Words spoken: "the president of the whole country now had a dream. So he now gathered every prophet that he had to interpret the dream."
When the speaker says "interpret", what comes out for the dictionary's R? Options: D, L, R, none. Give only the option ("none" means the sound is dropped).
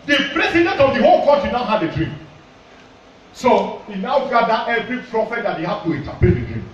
none